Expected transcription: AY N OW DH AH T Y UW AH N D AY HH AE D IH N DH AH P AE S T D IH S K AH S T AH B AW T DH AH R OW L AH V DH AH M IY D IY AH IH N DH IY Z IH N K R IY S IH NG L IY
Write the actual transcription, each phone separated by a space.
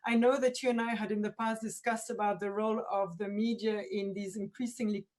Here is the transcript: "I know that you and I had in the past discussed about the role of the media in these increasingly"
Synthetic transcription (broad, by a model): AY N OW DH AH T Y UW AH N AY HH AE D IH N DH AH P AE S T D IH S K AH S T AH B AW T DH AH R OW L AH V DH AH M IY D IY AH IH N DH IY Z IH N K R IY S IH NG L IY